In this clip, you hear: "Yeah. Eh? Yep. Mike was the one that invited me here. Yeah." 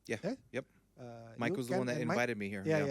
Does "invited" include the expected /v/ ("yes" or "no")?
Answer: no